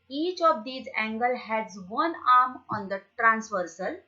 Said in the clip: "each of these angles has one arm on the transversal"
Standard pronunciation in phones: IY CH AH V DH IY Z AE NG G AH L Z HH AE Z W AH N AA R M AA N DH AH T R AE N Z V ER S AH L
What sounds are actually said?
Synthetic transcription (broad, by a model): IY CH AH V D IY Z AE NG G AH L HH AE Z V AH N AA R M AA N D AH T R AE N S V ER S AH L